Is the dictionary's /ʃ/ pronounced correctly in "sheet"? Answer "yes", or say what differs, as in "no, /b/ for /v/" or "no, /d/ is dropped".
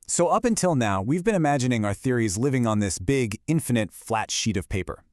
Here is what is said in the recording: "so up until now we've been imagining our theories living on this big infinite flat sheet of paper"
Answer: yes